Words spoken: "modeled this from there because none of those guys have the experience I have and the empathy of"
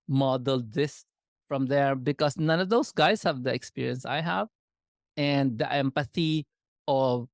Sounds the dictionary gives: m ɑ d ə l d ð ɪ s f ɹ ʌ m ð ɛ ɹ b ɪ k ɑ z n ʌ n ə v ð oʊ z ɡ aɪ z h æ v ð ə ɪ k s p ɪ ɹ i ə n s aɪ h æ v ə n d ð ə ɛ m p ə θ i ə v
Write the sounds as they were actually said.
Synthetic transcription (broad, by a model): m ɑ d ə l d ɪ s f ɹ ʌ m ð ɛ ɹ b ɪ k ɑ s n ʌ n ə v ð oʊ s ɡ aɪ s h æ v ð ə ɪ k s p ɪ ɹ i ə n s aɪ h æ v ə n d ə ɛ m p ə θ i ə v